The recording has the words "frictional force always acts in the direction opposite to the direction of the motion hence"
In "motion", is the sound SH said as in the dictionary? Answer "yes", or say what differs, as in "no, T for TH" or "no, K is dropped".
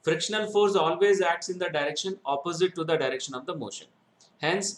yes